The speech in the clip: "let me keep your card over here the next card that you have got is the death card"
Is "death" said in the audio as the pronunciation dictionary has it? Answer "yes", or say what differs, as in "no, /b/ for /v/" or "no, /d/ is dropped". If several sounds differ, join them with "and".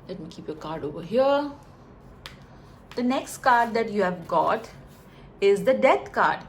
no, /t/ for /θ/